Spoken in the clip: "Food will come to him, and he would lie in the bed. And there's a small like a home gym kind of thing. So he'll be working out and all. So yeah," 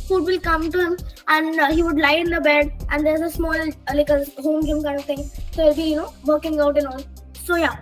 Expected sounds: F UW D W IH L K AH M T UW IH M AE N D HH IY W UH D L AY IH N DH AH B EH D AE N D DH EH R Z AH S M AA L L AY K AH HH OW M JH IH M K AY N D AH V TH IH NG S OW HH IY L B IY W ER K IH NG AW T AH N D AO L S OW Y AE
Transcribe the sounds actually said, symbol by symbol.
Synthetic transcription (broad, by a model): F UW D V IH L K AH M T UW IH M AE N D HH IY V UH D L AY IH N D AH B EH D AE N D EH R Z AH S M AA L L AY K AH HH OW M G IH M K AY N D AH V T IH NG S OW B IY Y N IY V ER K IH NG AW T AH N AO N S OW Y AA